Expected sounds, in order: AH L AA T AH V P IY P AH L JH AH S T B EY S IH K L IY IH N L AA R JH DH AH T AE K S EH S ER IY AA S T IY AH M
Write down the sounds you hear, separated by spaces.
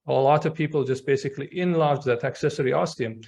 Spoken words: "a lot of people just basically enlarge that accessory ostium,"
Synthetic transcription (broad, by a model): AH L AA T AH V P IY P AH L JH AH S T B EY S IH K L IY IH N L AA R JH DH AH T AE K S EH S ER IY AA S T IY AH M